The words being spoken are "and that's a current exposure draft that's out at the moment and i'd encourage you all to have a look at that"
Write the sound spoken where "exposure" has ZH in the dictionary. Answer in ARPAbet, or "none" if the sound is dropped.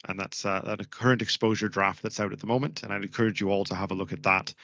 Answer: ZH